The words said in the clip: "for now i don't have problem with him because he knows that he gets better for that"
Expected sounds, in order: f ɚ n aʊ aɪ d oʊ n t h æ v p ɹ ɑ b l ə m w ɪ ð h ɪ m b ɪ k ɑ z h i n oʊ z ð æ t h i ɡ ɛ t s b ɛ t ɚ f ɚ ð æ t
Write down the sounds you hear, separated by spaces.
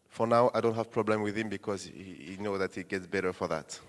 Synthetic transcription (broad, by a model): f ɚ n aʊ aɪ d oʊ n t h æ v p ɹ ɑ b l ə m w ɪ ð h ɪ m b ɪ k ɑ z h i n oʊ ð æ t h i ɡ ɛ t s b ɛ t ɚ f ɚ ð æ t